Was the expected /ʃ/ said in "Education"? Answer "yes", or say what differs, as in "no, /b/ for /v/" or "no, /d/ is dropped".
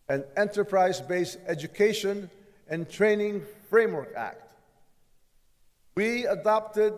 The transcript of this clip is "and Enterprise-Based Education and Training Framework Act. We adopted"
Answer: yes